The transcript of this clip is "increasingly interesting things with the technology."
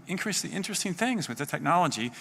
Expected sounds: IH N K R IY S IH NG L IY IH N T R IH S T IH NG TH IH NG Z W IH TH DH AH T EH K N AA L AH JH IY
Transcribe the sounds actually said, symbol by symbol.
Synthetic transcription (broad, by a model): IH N K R IY S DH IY IH N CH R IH S T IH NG TH IH NG Z W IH DH AH T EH K N AA L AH JH IY